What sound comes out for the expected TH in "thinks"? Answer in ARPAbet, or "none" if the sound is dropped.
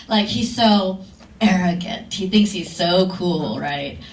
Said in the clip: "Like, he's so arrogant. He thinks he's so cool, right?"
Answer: TH